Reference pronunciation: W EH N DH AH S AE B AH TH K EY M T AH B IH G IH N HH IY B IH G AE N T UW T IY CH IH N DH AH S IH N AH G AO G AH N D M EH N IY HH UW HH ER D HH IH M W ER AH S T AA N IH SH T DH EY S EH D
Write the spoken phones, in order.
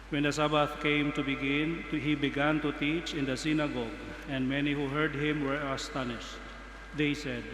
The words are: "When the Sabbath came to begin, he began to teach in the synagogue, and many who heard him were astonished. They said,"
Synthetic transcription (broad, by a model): W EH N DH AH S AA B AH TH K EY M T AH B IH G IH N HH IY B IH G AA N T UW T IY CH IH N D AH S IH N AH G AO G AH N D M EH N IY HH UW HH ER D HH IH M W ER AH S T AA N IH SH T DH EY S EH D